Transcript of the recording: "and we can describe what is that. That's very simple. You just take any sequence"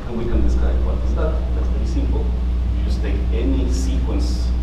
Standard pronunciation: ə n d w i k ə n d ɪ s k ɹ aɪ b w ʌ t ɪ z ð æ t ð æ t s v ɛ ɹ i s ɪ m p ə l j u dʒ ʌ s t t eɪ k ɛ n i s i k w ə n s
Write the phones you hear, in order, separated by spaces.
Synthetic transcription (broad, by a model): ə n w i k ə n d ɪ s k aɪ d w ʌ t ɪ z ð æ t ð æ t s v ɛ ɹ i s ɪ m p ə l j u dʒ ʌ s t t eɪ k ɛ n i s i k w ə n s